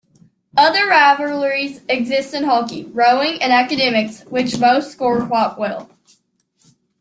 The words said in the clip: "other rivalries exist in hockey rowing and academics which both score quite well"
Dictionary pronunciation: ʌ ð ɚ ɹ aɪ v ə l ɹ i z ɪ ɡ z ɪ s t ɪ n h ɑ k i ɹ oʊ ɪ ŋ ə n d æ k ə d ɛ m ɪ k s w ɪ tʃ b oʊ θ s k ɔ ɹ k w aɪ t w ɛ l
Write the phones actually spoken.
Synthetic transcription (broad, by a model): ʌ ð ɚ ɹ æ v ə l ɹ i z ɪ ɡ z ɪ s t ɪ n h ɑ k i ɹ oʊ ɪ ŋ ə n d æ k ə d ɛ m ɪ k s w ɪ tʃ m oʊ s s k ɔ ɹ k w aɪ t w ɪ l